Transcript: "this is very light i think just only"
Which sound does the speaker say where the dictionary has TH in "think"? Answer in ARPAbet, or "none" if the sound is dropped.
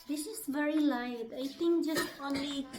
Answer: T